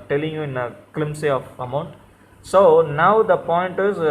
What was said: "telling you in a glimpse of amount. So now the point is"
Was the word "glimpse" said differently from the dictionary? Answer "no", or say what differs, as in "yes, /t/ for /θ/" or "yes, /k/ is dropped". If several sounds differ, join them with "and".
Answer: yes, /p/ is dropped